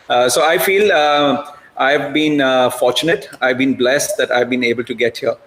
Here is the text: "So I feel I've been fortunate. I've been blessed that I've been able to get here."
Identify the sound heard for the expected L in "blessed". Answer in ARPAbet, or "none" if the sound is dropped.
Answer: L